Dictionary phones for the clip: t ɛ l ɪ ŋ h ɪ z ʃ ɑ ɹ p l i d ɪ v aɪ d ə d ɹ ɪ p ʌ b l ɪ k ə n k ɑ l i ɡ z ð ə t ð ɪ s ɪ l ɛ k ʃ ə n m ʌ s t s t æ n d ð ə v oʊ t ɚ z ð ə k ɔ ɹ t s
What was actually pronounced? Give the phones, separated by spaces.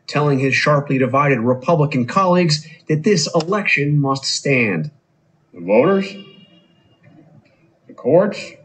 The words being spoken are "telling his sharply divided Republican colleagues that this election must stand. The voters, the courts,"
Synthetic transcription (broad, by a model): t ɛ l ɪ ŋ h ɪ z ʃ ɑ ɹ p l i d ɪ v aɪ d ə d ɹ ɪ p ʌ b l ɪ k ə n k ɑ l i ɡ z ð ə t ð ɪ s ɪ l ɛ k ʃ ə n m ʌ s t s t æ n d ð ə v oʊ t ɚ z ð ə k ɔ ɹ t s